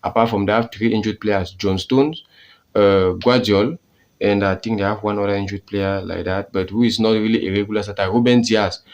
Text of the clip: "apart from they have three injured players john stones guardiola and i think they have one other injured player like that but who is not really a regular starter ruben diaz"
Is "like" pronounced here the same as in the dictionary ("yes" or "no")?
yes